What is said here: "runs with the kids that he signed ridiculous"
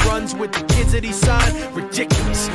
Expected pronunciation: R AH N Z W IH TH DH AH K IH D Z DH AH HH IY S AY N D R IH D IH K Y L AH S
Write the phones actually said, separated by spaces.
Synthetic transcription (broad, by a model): R AH N Z W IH DH AH K IH D Z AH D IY S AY D R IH D IH K Y L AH S